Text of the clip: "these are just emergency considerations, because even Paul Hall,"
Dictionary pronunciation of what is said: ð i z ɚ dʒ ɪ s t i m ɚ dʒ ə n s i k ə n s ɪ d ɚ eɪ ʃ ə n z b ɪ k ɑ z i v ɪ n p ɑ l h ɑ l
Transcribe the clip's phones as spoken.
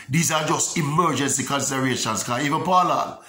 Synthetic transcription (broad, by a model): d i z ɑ dʒ ɪ s t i m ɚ dʒ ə n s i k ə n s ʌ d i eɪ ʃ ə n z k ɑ i v ɪ n p ɑ l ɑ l